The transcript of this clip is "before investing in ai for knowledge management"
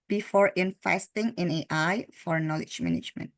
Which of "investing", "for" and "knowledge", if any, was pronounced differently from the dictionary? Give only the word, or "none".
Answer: investing